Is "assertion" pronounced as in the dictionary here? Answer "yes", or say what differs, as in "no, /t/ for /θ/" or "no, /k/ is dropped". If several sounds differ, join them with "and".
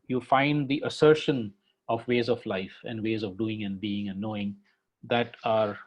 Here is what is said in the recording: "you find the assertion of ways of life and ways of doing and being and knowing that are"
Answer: yes